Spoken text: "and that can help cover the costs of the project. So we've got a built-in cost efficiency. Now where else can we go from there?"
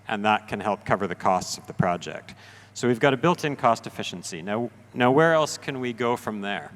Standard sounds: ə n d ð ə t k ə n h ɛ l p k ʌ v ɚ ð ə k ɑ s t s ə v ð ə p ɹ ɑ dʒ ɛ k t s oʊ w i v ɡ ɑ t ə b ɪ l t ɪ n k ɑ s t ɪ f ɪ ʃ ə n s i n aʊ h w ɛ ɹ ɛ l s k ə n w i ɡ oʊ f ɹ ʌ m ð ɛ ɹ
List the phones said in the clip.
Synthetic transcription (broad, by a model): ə n ð ə t k ə n h ɛ l p k ʌ v ɚ ð ə k ɑ s t s ə v ð ə p ɹ ɑ dʒ ɛ k t s oʊ w i v ɡ ɑ t ə b ɪ l t ɪ n k ɑ s t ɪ f ɪ ʃ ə n s i n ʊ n w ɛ ɹ ɛ l s k ə n w i ɡ oʊ f ɹ ʌ m ð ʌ ɹ